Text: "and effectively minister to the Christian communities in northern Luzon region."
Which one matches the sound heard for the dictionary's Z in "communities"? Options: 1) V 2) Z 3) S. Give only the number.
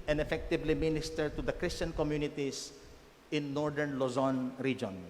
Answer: 3